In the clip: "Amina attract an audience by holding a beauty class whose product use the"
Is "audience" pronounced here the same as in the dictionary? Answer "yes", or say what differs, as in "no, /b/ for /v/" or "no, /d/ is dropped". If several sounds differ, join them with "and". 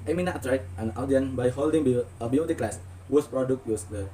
no, /s/ is dropped